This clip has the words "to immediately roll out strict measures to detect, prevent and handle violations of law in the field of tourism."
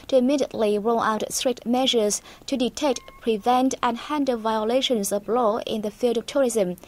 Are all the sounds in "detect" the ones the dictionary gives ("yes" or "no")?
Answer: yes